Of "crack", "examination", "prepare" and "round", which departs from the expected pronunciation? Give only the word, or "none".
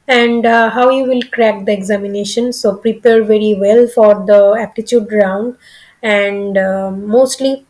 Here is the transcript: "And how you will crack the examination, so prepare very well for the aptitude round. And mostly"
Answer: none